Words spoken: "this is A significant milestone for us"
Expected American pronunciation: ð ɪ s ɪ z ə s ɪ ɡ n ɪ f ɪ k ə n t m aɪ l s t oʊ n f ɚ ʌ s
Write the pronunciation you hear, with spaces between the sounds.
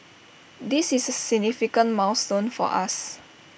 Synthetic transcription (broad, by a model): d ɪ s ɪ s ə s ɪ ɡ n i f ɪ k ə n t m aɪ w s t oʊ n f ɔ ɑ s